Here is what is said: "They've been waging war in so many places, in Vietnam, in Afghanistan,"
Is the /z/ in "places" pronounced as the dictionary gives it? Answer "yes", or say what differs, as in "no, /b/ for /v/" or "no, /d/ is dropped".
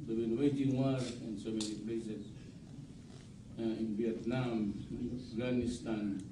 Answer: no, /s/ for /z/